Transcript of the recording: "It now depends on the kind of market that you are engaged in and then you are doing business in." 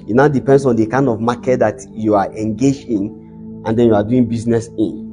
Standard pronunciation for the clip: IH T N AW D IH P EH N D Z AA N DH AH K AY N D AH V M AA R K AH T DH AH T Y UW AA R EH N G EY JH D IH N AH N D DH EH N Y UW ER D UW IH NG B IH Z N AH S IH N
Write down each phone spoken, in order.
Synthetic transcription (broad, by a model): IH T N AW D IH P EH N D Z AA N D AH K AY N D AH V M AA K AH T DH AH T Y UW AA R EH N G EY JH IH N AH N D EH N Y UW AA D UW IH NG B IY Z N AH S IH N